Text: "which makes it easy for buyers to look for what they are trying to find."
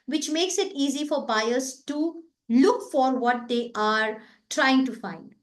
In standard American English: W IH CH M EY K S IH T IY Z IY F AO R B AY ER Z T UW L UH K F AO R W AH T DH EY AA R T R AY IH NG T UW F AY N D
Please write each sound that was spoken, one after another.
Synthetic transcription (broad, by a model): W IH CH M EY K S IH T IY Z IY F AO R B AY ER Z T UW L UH K F AO R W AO T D EY AA R T R AY IH NG T UW F AY N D